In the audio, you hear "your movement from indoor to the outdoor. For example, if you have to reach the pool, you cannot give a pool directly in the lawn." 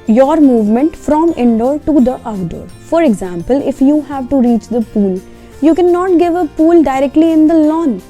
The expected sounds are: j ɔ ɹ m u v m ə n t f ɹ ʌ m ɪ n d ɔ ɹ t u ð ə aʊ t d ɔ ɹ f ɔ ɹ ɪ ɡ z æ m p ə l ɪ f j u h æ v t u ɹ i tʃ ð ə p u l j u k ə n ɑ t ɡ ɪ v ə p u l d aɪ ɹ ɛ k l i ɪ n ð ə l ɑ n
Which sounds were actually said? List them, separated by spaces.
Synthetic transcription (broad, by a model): j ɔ ɹ m u v m ə n t f ɹ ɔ m ɪ n d ɔ ɹ t u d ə t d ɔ ɹ f ɔ ɹ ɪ ɡ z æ m p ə l ɪ f j u h æ v t u ɹ i tʃ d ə p u l j u k ə n ɑ t ɡ ɪ v ə p u l d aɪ ɹ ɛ k l i ɪ n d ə l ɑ n